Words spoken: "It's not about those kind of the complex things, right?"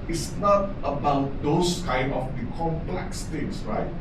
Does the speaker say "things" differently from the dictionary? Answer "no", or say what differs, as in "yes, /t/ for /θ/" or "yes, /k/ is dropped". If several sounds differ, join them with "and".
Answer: yes, /t/ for /θ/ and /s/ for /z/